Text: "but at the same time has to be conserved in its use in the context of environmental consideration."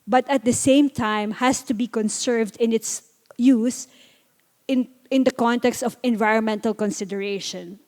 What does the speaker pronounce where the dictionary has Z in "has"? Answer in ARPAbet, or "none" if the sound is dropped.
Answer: S